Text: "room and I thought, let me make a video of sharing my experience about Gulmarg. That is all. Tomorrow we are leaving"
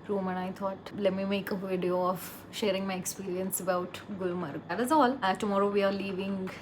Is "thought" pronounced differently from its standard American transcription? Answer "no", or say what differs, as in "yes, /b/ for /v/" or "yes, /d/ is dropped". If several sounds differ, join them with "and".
yes, /t/ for /θ/